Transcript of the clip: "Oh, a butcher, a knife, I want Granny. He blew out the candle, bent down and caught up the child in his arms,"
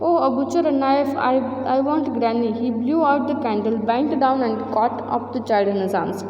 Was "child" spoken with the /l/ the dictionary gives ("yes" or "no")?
no